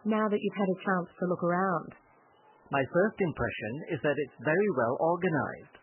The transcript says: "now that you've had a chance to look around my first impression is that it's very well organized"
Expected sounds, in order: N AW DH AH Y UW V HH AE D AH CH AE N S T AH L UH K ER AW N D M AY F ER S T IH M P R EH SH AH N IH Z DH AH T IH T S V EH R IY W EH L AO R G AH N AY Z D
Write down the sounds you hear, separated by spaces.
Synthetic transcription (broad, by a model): N AW DH AH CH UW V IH D AH CH AE N S T AH L UH K ER AW N D M AY F ER S T IH M P R EH SH AH N IH Z DH AH T IH T S V EH R IY W EH L AO R G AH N AY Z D